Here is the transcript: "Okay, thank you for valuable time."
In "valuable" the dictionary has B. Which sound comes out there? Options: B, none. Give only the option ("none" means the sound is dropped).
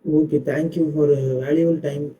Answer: none